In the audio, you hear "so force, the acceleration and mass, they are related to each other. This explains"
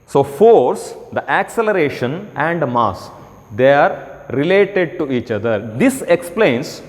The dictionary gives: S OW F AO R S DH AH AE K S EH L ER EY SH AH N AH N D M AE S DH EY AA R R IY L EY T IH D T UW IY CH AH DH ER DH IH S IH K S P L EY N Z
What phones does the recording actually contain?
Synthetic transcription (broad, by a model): S OW F AO R S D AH AE K S EH L ER EY SH AH N AH N D M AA S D EY AA R R IY L EY T IH D T UW IY CH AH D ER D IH S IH K S P L EY N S